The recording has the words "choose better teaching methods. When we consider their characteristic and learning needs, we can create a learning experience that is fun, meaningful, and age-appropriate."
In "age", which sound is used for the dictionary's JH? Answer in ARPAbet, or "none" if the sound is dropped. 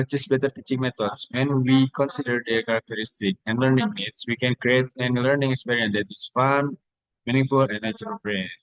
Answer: CH